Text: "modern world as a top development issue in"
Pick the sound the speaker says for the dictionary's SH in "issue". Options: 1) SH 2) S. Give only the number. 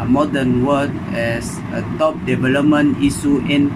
2